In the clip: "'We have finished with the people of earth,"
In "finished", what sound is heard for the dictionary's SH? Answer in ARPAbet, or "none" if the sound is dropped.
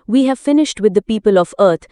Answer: SH